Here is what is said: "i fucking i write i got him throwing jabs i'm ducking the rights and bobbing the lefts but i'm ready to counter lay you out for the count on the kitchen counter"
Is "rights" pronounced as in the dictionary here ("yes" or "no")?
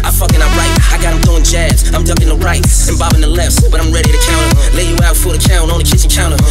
no